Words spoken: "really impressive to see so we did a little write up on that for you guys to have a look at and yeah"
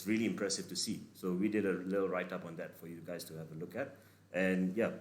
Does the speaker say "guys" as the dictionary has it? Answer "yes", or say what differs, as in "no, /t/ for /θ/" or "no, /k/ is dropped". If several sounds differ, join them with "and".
no, /s/ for /z/